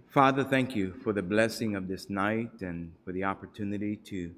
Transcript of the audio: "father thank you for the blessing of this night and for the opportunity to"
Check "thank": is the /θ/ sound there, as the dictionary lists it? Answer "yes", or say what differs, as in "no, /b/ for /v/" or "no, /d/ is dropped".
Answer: yes